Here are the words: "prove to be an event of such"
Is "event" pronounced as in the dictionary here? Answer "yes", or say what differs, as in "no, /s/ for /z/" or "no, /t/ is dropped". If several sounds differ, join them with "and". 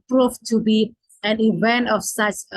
yes